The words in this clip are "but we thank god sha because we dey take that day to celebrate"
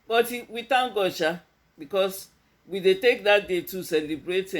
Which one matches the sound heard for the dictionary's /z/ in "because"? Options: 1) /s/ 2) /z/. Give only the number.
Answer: 1